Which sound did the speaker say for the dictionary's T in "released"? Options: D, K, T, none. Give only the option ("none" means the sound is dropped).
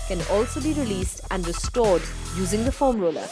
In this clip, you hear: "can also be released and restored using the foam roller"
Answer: T